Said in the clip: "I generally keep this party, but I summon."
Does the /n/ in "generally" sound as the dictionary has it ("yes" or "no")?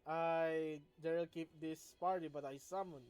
no